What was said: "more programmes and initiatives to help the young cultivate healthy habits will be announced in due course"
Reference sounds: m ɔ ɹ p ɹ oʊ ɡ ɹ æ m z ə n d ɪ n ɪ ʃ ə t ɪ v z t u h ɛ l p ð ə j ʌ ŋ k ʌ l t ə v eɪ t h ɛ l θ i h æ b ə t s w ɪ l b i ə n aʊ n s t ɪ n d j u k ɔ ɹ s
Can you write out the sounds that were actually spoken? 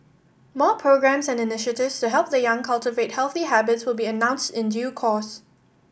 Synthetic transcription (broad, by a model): m ɔ p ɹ oʊ ɡ ɹ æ m s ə n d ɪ n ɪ ʃ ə t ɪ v s t u h ɛ l p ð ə j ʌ ŋ k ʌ l t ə v eɪ t h ɛ l θ i h æ b ə t s w ɪ l b i ə n aʊ n s t ɪ n d j u k ɔ s